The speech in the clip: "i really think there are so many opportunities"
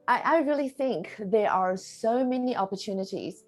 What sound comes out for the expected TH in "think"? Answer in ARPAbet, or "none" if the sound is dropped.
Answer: TH